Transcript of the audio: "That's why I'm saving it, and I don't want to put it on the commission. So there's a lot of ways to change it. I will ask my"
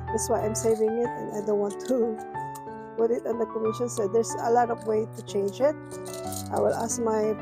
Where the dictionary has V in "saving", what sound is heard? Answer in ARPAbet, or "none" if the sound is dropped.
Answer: V